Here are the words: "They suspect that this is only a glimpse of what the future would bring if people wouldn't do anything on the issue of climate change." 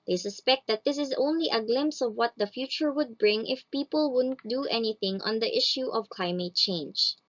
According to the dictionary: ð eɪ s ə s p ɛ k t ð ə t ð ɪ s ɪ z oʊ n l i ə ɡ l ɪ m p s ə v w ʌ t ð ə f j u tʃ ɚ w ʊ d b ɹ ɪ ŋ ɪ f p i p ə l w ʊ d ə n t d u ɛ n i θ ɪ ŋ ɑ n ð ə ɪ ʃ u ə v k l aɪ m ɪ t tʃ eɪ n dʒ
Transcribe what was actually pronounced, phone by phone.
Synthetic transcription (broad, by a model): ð eɪ s ə s p ɛ k t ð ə t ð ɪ s ɪ z oʊ n l i ə ɡ l ɪ m p s ə v w ʌ t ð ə f j u tʃ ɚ w ʊ d b ɹ ɪ ŋ ɪ f p i p ə l w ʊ d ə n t d u ɛ n i θ ɪ ŋ ɑ n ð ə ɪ ʃ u ə v k l aɪ m ɪ t tʃ eɪ n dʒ